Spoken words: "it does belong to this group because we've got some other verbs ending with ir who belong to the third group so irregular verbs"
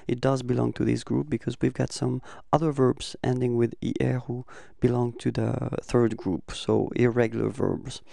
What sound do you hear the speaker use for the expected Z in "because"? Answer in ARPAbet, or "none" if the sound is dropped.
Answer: Z